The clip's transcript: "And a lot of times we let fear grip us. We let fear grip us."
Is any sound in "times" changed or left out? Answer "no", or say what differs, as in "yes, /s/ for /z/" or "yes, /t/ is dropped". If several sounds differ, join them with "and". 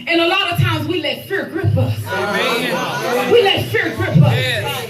no